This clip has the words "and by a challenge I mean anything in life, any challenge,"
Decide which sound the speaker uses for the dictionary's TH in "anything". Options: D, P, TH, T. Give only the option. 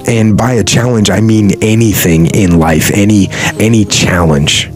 TH